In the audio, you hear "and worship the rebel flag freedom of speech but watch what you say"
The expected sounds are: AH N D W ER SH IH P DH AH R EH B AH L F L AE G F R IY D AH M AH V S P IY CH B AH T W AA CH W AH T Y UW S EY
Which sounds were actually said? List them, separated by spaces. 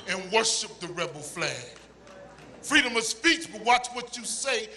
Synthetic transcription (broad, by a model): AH N W ER SH IH P DH AH R EH B L F L AE G F R IY D AH M AH V S P IY CH B AH T W AA CH W AH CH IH S EY